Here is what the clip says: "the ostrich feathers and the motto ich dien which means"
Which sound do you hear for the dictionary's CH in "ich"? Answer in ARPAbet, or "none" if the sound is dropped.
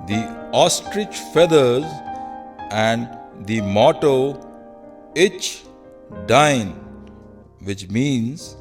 CH